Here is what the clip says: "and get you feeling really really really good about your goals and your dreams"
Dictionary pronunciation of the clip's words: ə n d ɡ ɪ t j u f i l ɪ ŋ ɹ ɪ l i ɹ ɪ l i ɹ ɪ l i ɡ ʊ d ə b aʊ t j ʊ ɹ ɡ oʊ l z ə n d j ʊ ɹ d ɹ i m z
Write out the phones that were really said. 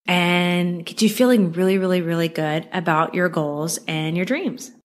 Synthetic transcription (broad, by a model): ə n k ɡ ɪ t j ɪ f i l ɪ ŋ ɹ ɪ l i ɹ ɪ l i ɹ ɪ l i ɡ ʊ d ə b aʊ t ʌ ɹ ɡ oʊ l z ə n j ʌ ɹ d ɹ i m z